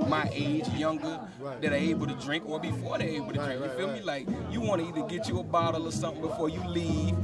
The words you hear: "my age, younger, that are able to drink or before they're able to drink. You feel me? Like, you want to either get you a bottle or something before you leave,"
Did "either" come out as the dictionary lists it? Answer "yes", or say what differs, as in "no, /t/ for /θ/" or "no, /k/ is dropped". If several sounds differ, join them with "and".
no, /ð/ is dropped